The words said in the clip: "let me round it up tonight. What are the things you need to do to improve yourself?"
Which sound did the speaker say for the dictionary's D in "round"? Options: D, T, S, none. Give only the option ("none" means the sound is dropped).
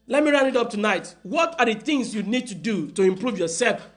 none